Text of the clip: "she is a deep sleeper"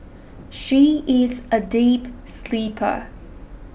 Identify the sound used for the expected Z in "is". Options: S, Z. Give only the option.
Z